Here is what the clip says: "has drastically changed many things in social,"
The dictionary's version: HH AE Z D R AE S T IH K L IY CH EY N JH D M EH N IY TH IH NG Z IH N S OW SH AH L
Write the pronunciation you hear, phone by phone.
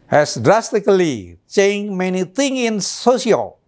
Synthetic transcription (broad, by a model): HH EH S D R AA S T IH K L IY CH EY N M EH N IY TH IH NG IH N S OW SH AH L